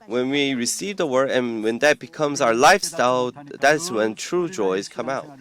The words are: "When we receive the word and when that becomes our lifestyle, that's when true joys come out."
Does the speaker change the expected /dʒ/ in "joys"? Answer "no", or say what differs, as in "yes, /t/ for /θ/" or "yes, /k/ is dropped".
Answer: no